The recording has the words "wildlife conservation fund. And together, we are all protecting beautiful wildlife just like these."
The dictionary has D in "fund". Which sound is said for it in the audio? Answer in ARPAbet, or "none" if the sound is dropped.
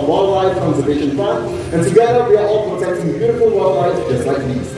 none